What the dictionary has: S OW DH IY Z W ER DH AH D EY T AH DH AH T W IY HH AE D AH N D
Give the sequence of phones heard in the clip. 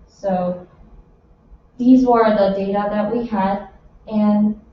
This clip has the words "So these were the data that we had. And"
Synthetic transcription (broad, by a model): S OW DH IY Z W ER DH AH D EY T AH DH AH T W IY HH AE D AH N